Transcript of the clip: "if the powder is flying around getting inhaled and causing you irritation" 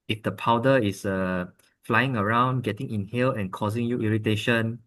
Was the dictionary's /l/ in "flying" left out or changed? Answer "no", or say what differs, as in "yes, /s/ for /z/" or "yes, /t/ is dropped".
no